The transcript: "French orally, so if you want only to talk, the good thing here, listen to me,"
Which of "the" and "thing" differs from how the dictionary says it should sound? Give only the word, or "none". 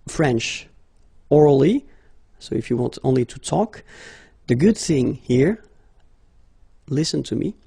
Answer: none